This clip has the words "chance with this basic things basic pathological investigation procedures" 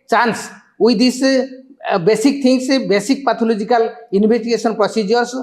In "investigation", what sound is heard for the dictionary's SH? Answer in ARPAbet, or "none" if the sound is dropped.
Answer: S